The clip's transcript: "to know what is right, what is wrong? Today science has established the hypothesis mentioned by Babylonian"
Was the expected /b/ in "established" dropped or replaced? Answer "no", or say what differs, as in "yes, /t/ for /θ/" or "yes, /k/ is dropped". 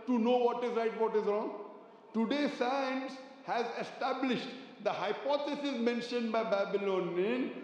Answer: no